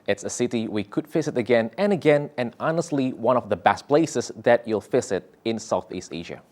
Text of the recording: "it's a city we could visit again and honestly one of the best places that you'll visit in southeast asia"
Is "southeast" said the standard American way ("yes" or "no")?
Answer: yes